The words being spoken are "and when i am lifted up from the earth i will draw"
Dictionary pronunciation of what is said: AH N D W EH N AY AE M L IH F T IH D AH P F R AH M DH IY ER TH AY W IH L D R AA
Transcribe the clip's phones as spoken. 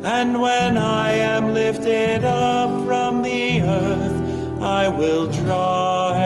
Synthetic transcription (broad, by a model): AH N W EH N AY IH M L IH F T IH D AH P F R AH M DH IY ER TH AY W IH L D R AA